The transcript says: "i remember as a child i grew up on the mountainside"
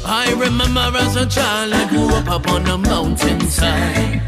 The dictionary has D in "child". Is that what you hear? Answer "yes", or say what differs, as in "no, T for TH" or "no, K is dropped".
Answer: no, D is dropped